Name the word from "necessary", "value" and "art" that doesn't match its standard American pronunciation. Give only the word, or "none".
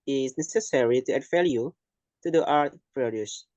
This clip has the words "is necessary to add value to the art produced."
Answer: value